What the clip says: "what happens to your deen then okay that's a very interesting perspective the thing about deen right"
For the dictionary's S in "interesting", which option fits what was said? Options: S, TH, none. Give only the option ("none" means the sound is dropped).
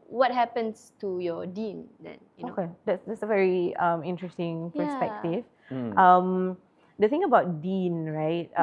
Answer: S